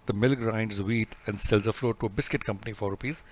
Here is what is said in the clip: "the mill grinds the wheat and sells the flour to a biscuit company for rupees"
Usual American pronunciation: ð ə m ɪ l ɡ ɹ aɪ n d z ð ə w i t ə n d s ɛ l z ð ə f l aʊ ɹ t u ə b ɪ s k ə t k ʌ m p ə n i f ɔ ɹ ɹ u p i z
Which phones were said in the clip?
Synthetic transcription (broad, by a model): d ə m ɪ l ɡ ɹ aɪ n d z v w i t ə n d s ɛ l z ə f l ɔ ɹ t u ə b ɪ s k ə t k ʌ m p ə n i f ɔ ɹ ɹ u p i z